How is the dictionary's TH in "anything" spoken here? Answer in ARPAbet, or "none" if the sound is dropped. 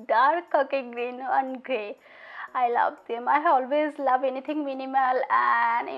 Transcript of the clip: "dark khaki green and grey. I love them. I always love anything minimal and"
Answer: T